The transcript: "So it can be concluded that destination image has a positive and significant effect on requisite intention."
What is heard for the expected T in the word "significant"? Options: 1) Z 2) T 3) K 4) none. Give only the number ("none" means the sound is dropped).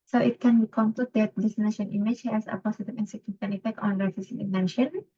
4